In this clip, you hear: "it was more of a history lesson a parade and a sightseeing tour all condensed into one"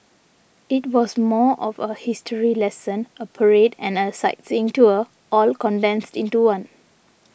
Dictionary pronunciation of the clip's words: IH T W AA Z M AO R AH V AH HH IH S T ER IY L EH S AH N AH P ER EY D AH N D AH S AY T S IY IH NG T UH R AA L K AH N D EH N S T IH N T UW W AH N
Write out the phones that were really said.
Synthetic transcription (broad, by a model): IH T W AA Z M AO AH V AH HH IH S T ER IY L EH S AH N AH P ER EY D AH N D AH S AY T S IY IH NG T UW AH AA L K AH N D EH N S T IH N T UW W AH N